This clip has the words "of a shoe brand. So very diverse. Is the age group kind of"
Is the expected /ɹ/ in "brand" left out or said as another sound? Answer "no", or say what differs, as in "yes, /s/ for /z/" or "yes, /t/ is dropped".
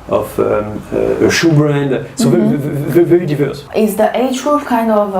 no